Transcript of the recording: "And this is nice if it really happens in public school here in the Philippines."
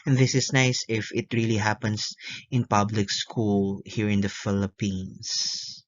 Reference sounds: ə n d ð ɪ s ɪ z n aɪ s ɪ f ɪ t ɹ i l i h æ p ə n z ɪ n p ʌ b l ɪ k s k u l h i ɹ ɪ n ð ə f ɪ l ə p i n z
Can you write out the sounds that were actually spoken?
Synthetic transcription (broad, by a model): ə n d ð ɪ s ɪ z n aɪ s ɪ f ɪ t ɹ i l i h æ p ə n s ɪ n p ʌ b l ɪ k s k u l h i ɹ ɪ n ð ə f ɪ l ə p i n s